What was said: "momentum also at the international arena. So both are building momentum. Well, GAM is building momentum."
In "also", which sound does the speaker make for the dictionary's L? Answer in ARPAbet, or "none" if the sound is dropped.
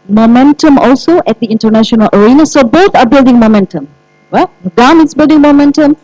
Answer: L